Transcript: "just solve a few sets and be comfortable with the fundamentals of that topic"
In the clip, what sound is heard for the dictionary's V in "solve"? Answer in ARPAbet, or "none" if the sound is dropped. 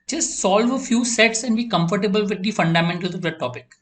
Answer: V